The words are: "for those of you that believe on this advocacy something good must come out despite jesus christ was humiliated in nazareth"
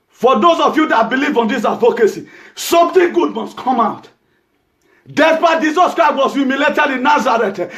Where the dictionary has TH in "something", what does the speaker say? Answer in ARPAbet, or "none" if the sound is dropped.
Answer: T